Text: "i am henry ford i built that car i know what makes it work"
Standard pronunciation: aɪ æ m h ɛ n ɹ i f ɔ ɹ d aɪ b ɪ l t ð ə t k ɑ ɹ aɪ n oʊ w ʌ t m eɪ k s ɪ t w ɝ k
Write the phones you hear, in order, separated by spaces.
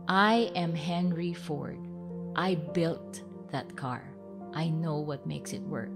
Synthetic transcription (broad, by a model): aɪ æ m h ɛ n ɹ i f ɔ ɹ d aɪ b ɪ l t ð ə t k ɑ ɹ aɪ n oʊ w ʌ t m eɪ k s ɪ t w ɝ k